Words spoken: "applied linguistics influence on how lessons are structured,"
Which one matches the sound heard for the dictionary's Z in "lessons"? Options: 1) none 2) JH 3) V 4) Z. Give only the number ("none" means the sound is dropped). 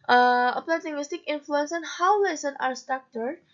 1